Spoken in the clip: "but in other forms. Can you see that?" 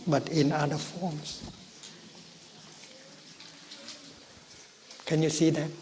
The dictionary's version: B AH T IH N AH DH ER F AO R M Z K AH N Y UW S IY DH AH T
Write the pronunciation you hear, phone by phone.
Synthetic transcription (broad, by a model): B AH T IH N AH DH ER F AO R M S K AH N Y UW S IY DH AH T